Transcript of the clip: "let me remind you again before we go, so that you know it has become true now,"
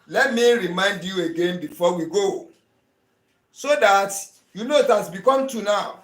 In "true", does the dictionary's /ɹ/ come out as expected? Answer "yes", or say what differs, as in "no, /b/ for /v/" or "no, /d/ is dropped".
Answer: no, /ɹ/ is dropped